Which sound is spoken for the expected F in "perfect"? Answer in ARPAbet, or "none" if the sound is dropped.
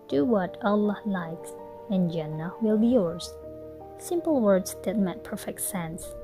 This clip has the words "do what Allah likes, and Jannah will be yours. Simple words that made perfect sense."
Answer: F